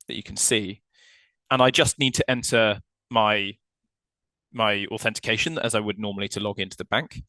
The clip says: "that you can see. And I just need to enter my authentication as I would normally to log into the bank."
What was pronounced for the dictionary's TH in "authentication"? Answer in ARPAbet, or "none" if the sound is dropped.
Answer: TH